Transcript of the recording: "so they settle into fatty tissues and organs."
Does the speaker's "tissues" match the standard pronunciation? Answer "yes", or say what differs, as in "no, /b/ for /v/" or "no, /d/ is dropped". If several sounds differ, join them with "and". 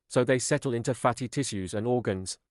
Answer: yes